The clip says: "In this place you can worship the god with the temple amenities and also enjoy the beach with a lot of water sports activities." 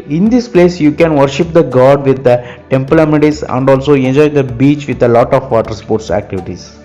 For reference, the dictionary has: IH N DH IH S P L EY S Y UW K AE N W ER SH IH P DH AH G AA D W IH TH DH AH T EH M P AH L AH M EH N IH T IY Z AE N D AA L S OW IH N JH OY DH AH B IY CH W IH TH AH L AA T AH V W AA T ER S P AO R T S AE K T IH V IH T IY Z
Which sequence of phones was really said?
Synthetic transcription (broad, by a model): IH N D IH S P L EY S Y UW K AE N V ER SH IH P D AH G AA D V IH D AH T EH M P AH L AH M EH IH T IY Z AE N D AA L S OW IH N JH OY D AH B IY CH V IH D AH L AA T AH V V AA T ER S P AO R T S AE K T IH V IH T IY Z